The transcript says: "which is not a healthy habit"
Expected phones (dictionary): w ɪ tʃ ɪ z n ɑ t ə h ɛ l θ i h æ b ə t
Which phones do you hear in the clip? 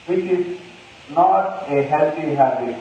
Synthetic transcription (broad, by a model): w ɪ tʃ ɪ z n ɑ t ə h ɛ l t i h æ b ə